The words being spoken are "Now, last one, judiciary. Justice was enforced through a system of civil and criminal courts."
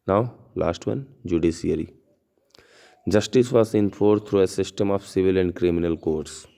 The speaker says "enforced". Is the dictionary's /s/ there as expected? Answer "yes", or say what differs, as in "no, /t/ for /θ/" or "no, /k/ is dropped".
no, /s/ is dropped